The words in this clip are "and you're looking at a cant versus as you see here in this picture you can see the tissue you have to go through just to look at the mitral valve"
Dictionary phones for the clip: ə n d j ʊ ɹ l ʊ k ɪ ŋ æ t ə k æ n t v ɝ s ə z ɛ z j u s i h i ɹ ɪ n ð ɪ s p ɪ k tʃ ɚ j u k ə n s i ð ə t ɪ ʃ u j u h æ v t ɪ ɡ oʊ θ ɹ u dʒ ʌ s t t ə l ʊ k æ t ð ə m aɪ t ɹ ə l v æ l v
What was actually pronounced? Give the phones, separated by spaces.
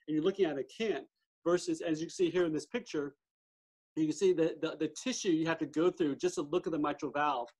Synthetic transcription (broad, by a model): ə n j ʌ ɹ l ʊ k ɪ ŋ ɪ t ə k æ n t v ɝ s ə z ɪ z j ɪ s i h i ɹ ɪ n ð ɪ s p ɪ k tʃ ɚ j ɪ k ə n s i ð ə t ɪ ʃ u j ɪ h æ f t ɪ ɡ oʊ θ ɹ u dʒ ʌ s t t ə l ʊ k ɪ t ð ə m aɪ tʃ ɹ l v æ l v